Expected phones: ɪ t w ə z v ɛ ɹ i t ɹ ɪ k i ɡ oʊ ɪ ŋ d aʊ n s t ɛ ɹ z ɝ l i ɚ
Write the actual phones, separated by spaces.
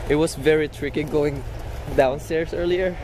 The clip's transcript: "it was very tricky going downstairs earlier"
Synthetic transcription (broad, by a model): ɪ t w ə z v ɛ ɹ i t ɹ ɪ k i ɡ oʊ ɪ ŋ d aʊ n s t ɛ ɹ s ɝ l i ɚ